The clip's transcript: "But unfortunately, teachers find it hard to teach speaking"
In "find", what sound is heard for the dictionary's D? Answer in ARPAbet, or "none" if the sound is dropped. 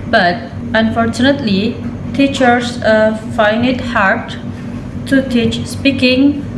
none